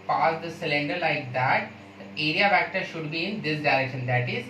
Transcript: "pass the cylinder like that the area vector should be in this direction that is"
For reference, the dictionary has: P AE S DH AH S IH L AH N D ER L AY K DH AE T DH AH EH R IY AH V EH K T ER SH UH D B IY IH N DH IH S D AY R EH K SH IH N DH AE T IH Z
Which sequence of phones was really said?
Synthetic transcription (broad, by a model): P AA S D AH S IH L AH N D ER L AY K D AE T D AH EH R IY AH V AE K T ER SH UH D B IY IH N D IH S D AY R EH K SH IH N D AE T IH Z